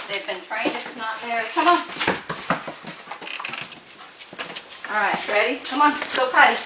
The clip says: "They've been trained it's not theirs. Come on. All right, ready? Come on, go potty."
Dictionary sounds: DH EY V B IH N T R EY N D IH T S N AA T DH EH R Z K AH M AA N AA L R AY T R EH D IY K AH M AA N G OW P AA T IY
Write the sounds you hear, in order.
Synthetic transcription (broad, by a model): DH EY V B IH N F R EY D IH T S N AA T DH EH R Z K AH M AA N AA L R AY T R EH D IY K AH M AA N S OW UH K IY